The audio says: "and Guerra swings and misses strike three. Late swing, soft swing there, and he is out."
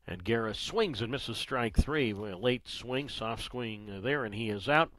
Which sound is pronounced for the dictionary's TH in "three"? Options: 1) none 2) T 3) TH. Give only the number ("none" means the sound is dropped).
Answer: 3